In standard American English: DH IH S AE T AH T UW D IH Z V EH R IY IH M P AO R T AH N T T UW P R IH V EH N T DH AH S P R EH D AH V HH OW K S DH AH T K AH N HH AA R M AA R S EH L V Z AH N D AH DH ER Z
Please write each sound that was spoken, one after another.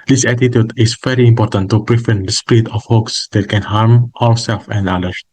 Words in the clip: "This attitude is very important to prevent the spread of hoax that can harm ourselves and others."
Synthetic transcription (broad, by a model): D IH S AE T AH T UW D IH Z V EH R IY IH M P AO R T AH N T T UW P R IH F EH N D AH S P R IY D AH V HH OW K S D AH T K AH N HH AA R M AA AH S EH L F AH N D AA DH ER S